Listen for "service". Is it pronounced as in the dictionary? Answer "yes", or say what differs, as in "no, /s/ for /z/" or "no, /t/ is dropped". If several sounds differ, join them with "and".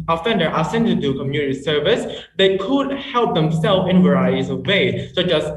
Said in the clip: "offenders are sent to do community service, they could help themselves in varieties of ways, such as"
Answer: yes